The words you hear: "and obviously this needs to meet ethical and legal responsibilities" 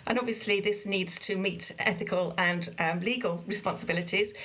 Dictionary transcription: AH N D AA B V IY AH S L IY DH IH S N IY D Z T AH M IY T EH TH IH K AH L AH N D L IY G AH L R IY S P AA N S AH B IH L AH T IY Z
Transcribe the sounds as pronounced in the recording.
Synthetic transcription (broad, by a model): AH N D AA B V IY AH S L IY DH IH S N IY D Z T AH M IY T EH TH IH K AH L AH N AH L IY G AH L R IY S P AA N S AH B IH L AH T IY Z